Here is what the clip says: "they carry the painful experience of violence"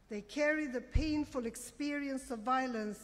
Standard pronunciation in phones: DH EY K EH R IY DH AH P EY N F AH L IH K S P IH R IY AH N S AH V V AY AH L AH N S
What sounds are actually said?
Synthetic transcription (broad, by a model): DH EY K EH R IY DH AH P EY N F AH L IH K S P IH R IY AH N S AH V V AY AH L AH N S